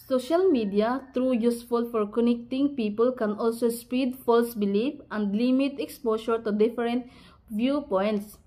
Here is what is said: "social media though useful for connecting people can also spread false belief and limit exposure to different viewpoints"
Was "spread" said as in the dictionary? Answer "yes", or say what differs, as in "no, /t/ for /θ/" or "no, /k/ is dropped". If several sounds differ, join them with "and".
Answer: no, /ɹ/ is dropped